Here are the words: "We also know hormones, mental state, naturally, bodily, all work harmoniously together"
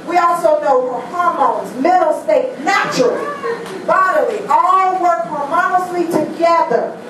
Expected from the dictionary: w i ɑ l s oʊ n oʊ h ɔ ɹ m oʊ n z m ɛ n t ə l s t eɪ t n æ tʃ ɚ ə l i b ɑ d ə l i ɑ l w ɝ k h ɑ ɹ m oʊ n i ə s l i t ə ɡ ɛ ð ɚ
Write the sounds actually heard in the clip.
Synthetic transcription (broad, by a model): w i ɑ l s oʊ n oʊ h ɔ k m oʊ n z m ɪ t l s t eɪ t n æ tʃ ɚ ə l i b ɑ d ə l i ɑ l w ɝ k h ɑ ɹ m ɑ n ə s l i t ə ɡ ɛ ð ɚ